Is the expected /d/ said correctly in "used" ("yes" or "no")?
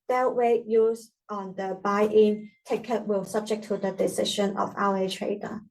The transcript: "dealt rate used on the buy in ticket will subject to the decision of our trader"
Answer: no